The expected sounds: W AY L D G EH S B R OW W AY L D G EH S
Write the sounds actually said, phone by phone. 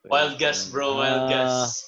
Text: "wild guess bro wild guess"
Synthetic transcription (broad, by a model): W AY L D G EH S B R OW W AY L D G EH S